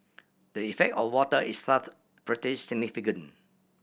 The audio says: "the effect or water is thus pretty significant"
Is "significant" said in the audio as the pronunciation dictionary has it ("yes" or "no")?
no